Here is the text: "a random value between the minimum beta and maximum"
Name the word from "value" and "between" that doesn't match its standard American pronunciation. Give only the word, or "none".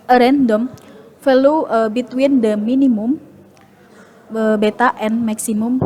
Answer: value